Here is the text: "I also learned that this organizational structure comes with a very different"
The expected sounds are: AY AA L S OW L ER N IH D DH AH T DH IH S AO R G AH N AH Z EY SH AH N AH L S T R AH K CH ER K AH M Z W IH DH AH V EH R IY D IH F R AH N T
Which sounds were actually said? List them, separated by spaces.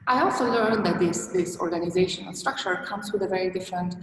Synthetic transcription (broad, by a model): AY AA L S OW L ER N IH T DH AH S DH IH S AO R G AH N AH Z EY SH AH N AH N S T R AH K CH ER K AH M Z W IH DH AH V EH R IY D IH F R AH N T